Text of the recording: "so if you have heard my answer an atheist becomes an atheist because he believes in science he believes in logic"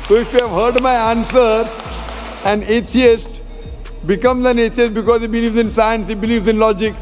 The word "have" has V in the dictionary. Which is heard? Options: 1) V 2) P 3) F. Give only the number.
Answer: 1